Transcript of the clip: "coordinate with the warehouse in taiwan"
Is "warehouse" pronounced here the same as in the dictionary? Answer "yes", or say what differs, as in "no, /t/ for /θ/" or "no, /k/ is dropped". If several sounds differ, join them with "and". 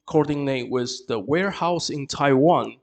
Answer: yes